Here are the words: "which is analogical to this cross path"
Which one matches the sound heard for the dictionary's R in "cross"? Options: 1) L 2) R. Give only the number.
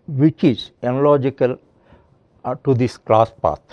1